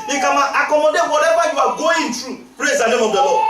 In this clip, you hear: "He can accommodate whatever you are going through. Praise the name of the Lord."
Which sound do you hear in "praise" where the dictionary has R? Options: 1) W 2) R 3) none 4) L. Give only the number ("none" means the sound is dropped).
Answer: 2